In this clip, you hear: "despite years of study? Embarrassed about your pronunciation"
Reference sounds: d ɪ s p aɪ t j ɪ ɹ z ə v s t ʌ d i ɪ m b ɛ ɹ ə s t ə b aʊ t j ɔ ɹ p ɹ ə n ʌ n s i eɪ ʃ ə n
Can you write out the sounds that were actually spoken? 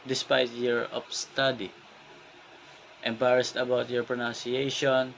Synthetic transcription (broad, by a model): d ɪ s p aɪ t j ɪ ɹ ə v s t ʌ d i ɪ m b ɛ ɹ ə s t ə b aʊ t j ɔ ɹ p ɹ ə n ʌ n s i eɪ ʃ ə n